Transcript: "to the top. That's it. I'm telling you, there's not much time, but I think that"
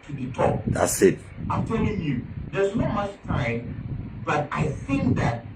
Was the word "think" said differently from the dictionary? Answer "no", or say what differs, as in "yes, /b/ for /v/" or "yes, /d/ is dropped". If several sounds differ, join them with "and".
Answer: no